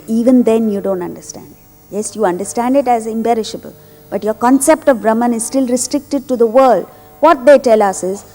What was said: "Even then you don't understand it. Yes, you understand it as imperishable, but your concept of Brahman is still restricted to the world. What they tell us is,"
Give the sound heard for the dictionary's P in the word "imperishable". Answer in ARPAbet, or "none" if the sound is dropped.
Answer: B